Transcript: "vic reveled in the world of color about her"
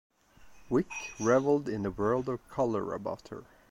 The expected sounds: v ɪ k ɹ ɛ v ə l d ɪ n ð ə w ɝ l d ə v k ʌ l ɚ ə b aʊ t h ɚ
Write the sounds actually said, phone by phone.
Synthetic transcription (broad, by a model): w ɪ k ɹ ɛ v l d ɪ n ð ə w ɝ l d ə v k ʌ l ɚ ə b aʊ t h ɚ